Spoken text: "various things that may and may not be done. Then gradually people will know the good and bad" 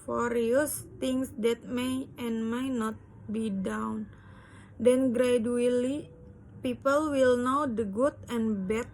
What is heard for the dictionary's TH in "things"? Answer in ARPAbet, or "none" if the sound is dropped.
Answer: T